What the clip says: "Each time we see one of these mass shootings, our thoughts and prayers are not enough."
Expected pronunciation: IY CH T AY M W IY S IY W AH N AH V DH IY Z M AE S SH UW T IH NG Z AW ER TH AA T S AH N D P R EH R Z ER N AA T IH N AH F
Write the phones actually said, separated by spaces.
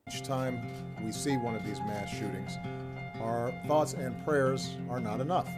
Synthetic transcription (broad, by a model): CH T AY M W IY S IY W AH N AH V DH IY Z M AE S SH UW T IH NG Z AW ER TH AA T S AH N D P R EH R Z ER N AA T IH N AH F